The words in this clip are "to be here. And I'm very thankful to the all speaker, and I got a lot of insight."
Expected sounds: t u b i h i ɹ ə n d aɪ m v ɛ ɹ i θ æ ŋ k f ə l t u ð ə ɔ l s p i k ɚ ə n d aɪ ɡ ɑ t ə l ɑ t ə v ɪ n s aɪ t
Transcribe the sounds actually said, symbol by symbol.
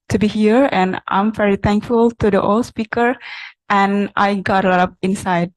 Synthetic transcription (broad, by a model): t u b i h i ɹ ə n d aɪ m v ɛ ɹ i t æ ŋ k f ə l t u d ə ɔ l s p i k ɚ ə n aɪ ɡ ɑ t ə l ɑ t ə p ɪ n s aɪ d